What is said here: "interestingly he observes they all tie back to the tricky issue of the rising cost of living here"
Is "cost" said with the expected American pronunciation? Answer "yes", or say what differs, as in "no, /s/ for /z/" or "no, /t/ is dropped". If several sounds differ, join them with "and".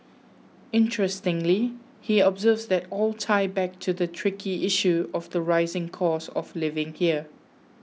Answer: no, /t/ is dropped